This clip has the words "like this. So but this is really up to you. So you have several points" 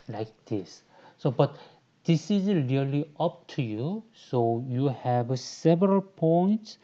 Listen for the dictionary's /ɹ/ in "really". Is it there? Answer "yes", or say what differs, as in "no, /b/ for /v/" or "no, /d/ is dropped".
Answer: no, /l/ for /ɹ/